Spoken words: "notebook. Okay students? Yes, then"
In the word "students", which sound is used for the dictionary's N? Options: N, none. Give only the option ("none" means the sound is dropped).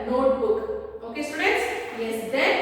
none